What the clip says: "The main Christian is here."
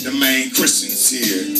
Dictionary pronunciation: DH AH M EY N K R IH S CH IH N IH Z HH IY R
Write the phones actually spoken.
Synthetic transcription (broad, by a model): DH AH M EY N K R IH S IH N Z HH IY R